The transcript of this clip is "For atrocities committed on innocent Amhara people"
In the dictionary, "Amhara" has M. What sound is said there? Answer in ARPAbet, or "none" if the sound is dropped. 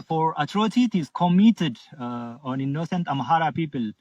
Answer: M